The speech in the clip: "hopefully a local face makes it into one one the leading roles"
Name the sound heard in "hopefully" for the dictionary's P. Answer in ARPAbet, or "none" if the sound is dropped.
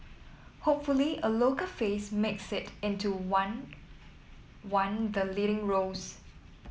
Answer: P